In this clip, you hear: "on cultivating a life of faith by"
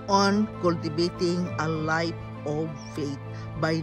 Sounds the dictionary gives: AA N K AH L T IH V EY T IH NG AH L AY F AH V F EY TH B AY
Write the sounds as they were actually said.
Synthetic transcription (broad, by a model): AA N K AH L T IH B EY T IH NG AH L AY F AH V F EY T B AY